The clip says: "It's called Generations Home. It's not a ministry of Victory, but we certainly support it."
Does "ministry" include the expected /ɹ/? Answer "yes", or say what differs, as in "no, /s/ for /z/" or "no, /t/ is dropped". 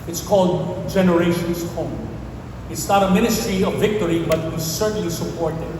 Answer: yes